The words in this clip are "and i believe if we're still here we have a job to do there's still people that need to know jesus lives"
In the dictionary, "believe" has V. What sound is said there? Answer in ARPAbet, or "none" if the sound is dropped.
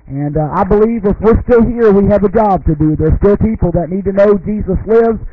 V